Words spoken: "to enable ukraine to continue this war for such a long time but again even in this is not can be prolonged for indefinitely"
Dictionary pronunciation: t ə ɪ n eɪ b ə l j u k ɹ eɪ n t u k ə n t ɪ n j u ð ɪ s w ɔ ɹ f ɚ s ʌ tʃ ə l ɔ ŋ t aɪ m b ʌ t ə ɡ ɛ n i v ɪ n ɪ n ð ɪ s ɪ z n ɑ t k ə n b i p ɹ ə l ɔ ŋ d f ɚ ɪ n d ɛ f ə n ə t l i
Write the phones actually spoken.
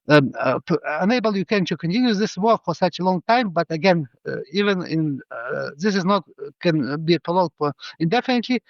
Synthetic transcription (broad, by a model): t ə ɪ n eɪ b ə l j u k eɪ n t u k ə n t ɪ n j u ð ɪ s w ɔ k f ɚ s ʌ tʃ ə l ɔ ŋ t aɪ m b ʌ t ə ɡ ɛ n i v ɪ n ɪ n ð ɪ s ɪ z n ɑ t k ə n b i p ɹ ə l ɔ d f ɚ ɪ n d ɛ f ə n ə t l i